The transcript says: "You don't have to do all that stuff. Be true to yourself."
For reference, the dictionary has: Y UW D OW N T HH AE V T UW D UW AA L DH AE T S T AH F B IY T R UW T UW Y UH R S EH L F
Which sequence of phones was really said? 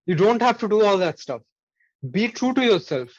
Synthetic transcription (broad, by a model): Y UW D OW N T HH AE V T UW D UW AA L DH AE T S T AH F B IY T R UW T UW Y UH R S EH L F